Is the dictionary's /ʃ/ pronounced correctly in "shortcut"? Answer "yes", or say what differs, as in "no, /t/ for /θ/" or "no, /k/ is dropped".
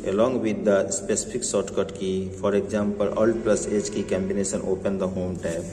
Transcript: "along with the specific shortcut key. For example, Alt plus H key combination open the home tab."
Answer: no, /s/ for /ʃ/